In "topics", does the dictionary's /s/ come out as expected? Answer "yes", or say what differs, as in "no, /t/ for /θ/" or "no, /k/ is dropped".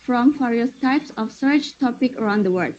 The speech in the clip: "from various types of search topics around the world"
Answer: no, /s/ is dropped